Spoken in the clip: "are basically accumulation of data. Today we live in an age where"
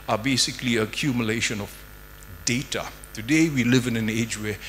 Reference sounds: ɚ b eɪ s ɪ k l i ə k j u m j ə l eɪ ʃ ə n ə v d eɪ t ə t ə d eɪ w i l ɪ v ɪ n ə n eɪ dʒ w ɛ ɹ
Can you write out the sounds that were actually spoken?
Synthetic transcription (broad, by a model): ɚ b eɪ s ɪ k l i ə k j u m j ə l eɪ ʃ ə n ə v d eɪ t ə t ə d eɪ w i l ɪ v ɪ n ə n eɪ dʒ w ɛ